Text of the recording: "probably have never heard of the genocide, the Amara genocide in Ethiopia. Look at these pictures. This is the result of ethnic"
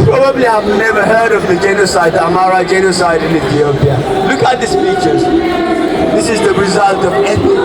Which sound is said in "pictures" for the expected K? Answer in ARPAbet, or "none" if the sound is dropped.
none